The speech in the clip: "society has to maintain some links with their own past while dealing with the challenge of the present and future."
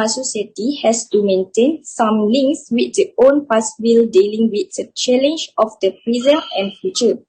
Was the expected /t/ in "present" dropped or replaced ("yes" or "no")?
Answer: yes